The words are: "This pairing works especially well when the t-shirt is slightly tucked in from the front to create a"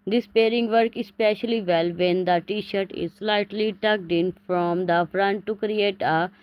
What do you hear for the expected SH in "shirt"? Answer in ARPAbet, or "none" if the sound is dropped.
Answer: SH